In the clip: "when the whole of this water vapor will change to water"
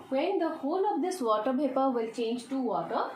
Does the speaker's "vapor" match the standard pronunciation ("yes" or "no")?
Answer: no